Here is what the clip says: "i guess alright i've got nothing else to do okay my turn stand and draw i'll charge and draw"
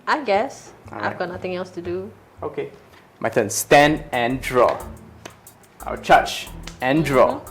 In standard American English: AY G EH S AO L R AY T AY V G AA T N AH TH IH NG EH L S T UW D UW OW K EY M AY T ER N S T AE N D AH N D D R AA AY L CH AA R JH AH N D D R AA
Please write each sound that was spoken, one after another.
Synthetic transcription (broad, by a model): AY G EH S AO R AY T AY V G AA T N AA T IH NG EH L S T UW D UW OW K EY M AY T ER N S T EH N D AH N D D R AA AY W CH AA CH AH N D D R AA